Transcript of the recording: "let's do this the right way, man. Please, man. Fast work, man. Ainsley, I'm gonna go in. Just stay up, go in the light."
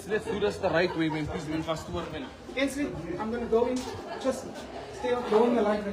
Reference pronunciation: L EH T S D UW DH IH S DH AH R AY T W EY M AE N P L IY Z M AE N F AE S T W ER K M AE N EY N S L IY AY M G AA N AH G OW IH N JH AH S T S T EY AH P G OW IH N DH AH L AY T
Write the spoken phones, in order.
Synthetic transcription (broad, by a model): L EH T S D UW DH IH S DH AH R AY T W EY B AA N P IY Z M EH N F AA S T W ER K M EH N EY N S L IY AY M G AA N AH G OW IH N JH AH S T S T EY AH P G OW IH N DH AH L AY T